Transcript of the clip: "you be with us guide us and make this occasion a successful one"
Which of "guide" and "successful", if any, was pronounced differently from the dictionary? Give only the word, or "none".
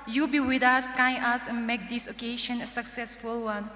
guide